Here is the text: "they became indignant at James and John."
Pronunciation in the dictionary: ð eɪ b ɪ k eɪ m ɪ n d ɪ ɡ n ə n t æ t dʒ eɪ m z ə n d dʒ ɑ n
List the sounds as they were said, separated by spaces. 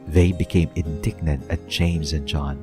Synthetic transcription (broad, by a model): ð eɪ b ɪ k eɪ m ɪ n d ɪ ɡ n ə n t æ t dʒ eɪ m z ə n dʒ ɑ n